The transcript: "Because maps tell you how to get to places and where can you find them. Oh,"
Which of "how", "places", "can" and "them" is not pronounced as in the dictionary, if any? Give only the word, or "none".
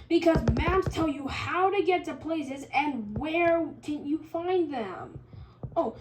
none